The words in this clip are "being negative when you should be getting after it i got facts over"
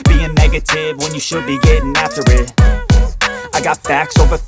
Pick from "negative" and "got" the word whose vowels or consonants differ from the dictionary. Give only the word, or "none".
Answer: none